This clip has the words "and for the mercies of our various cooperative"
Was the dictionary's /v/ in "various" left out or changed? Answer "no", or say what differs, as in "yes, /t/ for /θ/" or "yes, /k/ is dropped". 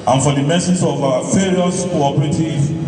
yes, /f/ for /v/